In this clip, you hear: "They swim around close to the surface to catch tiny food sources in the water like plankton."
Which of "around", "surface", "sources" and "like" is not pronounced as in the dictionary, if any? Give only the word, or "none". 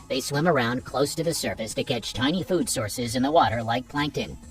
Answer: none